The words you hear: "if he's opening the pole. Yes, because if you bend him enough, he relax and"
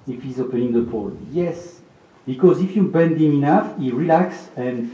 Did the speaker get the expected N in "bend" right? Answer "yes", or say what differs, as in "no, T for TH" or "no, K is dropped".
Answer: yes